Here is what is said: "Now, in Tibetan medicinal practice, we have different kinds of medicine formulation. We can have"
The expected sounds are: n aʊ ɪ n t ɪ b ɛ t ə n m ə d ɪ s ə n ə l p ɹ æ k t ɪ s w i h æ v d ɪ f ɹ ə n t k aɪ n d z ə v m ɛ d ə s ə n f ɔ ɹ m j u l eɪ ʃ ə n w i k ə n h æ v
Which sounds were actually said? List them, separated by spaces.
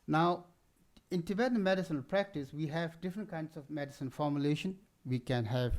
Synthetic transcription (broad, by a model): n aʊ ɪ n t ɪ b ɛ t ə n m ə d ɪ s ə n ə l p ɹ æ k t ɪ s w i h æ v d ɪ f ɹ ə n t k aɪ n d s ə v m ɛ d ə s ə n f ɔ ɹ m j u l eɪ ʃ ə n w i k ə n h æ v